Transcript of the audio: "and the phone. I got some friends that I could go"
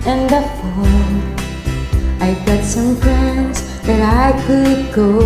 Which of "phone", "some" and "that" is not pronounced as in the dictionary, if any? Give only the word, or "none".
phone